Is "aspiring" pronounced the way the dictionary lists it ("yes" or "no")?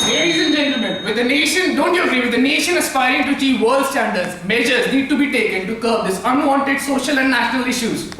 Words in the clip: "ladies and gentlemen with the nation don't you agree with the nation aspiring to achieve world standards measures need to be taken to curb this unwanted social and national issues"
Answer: no